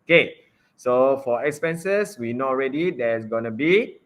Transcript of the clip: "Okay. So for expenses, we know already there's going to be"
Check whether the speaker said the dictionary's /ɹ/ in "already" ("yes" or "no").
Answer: yes